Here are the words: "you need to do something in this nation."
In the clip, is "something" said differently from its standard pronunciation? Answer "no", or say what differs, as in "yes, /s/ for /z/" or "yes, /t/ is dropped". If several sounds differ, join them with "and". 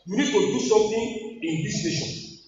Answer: yes, /t/ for /θ/